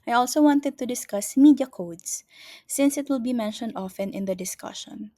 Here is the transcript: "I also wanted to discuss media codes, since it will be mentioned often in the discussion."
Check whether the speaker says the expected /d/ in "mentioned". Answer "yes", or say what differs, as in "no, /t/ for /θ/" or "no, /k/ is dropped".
yes